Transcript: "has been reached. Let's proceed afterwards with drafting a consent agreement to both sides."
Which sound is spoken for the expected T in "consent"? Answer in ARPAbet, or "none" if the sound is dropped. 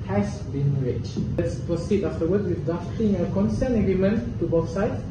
none